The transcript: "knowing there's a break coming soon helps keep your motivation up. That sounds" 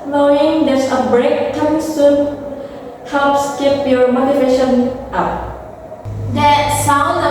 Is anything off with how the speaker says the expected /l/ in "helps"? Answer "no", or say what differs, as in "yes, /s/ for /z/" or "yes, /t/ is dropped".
yes, /l/ is dropped